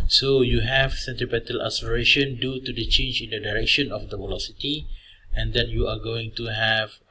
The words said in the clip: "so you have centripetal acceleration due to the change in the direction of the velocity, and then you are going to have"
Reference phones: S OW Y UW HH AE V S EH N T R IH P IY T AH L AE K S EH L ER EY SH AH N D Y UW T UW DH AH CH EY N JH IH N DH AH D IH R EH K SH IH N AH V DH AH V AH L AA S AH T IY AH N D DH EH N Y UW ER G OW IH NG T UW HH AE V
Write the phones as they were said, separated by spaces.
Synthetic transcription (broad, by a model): S OW Y UW HH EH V S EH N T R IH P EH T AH L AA S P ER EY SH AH N D Y UW T UW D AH CH EY N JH IH N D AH D IH R EH K SH IH N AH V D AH V AH L AA S AH T IY AH N D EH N Y UW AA G OW IH NG T UW HH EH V